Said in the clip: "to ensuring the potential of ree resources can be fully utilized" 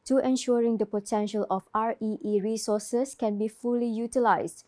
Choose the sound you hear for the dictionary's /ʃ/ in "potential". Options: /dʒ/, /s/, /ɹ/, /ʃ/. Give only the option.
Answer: /ʃ/